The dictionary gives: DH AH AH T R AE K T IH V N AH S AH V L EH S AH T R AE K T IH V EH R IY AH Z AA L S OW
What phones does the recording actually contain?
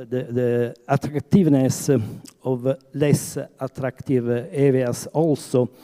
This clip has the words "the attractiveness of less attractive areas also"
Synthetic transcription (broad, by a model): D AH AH T R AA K T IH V N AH S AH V L EH S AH T R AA K T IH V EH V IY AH S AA L S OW